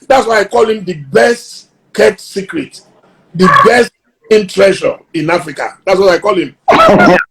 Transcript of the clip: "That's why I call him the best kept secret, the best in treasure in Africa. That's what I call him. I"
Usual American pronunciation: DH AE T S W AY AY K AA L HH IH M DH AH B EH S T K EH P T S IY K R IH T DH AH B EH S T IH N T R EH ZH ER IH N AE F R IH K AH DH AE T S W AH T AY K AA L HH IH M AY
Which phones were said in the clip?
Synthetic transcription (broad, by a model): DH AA T S W AY AY K AA L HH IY M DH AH B EH S T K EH T S IY K R IH T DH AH B EH S T IH N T R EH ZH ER IH N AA F R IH K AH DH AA T S W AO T AY K AA L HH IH M